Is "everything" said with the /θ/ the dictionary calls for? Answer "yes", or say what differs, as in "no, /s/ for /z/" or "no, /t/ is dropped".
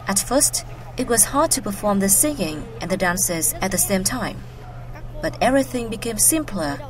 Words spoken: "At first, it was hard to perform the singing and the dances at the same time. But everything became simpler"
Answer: yes